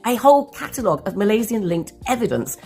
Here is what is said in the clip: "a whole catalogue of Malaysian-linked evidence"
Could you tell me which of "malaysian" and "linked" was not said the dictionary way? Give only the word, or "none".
malaysian